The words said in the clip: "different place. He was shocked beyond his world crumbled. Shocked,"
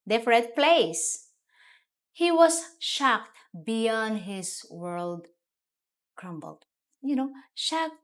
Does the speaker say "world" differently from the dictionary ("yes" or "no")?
no